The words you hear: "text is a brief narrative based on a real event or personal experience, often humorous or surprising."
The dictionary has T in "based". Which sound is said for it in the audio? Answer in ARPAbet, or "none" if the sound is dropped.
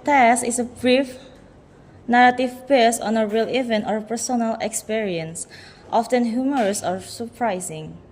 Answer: none